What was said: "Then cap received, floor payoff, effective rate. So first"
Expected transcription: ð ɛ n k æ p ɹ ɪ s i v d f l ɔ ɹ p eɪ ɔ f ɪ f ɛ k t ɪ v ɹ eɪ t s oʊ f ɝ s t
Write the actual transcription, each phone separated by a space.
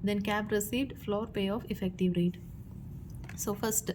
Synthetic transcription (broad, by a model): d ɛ n k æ b ɹ ɪ s i v d f l ɔ ɹ p eɪ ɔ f ɪ f ɛ k t ɪ v ɹ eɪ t s oʊ f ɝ s t